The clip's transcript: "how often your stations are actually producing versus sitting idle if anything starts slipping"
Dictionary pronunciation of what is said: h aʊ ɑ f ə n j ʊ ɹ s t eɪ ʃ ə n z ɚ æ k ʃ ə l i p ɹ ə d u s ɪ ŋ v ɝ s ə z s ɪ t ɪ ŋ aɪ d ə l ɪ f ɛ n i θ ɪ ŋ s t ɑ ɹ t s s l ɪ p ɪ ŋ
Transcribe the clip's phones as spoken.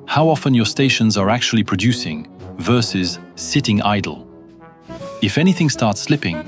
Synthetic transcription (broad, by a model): h aʊ ɑ f ə n j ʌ ɹ s t eɪ ʃ ə n z ɚ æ k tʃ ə l i p ɹ ə d u s ɪ ŋ v ɝ s ə z s ɪ t ɪ ŋ aɪ d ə l ɪ f ɛ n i θ ɪ ŋ s t ɑ ɹ t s s l ɪ p ɪ ŋ